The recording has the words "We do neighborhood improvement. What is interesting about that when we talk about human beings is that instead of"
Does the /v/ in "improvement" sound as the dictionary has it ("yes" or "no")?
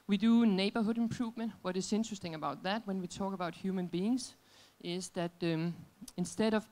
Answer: yes